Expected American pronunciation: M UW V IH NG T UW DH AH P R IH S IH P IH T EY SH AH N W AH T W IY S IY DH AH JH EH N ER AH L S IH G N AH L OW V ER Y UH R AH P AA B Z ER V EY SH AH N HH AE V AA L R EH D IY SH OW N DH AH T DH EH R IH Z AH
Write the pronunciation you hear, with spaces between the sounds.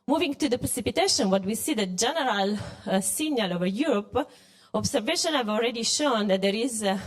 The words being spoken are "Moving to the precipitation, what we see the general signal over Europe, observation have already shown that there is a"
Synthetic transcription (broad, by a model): M UW V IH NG T UW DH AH P R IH S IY P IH T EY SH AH N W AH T W IY S IY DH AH JH EH N ER AH L S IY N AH L OW V ER Y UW R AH P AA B S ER V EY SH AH N HH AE V AA L R EH D IY SH OW N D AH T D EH R IH Z